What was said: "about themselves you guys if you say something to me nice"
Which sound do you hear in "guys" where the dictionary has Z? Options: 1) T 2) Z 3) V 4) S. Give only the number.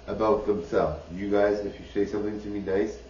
2